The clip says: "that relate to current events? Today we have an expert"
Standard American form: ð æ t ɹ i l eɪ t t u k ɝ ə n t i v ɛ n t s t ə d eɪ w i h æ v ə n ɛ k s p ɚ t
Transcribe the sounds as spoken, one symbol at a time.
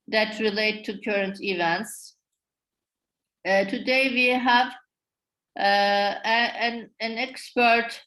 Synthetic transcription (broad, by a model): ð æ t ɹ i l eɪ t t u k ɝ ə n t i v ɛ n t s t ə d eɪ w i h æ v ə n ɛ k s p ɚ t